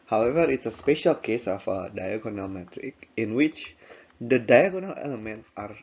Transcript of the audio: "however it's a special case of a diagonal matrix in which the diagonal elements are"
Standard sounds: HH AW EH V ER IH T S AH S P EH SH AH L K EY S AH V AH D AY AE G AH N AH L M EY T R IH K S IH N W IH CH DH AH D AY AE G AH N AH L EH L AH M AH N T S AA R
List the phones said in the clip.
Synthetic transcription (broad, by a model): HH AW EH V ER IH T S AH S P EH SH AH L K EY S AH F AH D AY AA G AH N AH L M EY T R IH K IH N W IH CH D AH D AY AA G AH N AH L EH L AH M AH N T S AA R